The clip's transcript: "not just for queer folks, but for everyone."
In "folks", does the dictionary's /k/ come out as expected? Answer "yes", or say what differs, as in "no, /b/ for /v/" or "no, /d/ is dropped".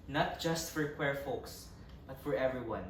yes